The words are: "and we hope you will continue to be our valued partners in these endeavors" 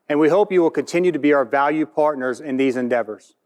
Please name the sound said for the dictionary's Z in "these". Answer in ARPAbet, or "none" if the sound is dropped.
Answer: Z